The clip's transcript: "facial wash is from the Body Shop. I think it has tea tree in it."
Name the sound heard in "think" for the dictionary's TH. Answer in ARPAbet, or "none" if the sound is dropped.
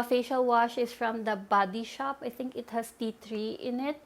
T